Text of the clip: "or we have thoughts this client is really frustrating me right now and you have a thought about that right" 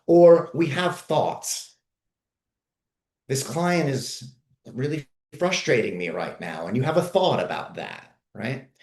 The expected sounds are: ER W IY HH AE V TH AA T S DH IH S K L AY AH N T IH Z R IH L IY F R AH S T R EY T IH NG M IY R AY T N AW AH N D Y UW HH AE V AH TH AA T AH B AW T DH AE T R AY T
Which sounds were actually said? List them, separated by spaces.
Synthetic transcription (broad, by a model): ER W IY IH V TH AA T S DH IH S K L AY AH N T IH Z R IH L IY F R AH S T R EY T IH NG M IY R AY T N AW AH N Y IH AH V AH TH AA T AH B AW T DH AE T R AY T